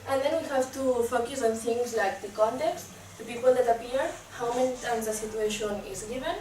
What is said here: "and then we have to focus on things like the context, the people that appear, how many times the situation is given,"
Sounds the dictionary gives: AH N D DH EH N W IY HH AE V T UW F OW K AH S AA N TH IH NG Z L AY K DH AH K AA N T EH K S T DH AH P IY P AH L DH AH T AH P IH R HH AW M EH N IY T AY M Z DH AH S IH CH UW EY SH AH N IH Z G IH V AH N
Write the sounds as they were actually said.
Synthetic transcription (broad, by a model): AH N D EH N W IY HH AE V T UW F OW K AH S AA N T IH NG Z L AY K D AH K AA N T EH K S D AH P IY P AH L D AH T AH P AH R HH AW M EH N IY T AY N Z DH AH S IH CH UW EY SH AH N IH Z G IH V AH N